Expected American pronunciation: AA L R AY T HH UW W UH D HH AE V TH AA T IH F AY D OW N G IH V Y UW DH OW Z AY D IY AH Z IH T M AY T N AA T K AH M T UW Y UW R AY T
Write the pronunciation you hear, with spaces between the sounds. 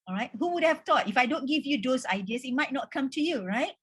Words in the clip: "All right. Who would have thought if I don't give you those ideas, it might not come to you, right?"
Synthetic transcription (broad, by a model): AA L R AY T HH UW W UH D HH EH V T AA T IH F AY D OW N G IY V Y UW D OW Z AY D IY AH S IH T M AY T N AA T K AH M T UW Y UW R AY T